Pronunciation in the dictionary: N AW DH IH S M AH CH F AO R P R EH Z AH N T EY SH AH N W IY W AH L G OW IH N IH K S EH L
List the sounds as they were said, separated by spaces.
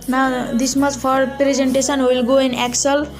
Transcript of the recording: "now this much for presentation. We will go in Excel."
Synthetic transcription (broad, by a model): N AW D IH S M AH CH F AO R P R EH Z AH N T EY S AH N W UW W AH L G OW IH N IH K S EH L